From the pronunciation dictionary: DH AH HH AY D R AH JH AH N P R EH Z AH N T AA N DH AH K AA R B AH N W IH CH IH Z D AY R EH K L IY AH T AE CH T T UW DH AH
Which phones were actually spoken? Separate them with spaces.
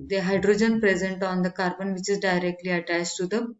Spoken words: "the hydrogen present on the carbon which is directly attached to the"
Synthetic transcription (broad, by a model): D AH HH AY D R AH JH AH N P R EH Z AH N T AA N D AH K AA R B AH N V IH CH IH Z D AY R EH K L IY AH T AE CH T T UW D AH